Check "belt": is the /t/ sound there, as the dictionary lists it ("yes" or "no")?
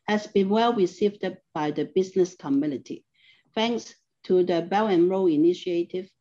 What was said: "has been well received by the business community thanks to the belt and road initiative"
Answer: no